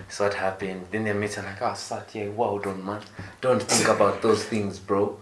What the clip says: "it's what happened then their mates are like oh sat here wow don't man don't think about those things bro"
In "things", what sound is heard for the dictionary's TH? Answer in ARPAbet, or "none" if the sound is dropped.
TH